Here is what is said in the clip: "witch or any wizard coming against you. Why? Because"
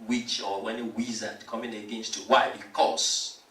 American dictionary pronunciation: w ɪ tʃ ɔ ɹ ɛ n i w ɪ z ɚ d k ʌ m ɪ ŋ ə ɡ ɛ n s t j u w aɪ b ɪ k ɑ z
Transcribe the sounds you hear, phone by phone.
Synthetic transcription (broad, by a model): w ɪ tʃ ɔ w ɛ n i w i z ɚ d k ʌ m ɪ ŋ ə ɡ ɛ n s t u w aɪ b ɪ k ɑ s